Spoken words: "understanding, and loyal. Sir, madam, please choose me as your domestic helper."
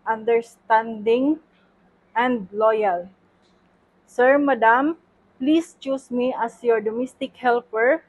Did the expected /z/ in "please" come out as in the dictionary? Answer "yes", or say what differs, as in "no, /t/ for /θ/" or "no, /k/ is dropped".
no, /s/ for /z/